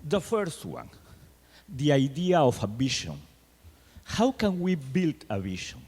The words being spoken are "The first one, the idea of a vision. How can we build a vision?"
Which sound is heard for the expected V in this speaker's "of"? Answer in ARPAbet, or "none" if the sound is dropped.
F